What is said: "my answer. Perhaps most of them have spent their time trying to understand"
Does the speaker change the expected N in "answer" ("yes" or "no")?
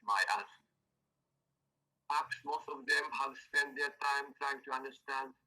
yes